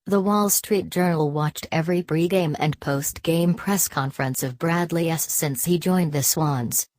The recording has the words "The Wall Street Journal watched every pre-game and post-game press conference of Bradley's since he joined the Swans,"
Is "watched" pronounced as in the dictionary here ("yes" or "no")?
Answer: yes